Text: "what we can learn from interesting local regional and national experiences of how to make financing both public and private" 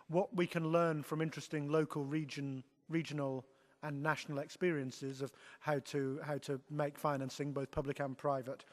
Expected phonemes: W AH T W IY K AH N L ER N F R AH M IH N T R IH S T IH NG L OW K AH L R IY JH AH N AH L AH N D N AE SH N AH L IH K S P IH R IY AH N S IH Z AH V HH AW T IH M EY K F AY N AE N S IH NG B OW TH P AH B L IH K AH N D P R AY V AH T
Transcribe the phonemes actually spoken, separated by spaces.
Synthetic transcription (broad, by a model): W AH T W IY K AH N L ER N F R AH M IH N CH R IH S T IH NG L OW K AH L R IY JH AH N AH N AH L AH N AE SH N L IH K S P IH R IY AH N S IH Z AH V HH AW T IH M EY K F AY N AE N S IH NG B OW TH P AH B L IH K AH N P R AY V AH T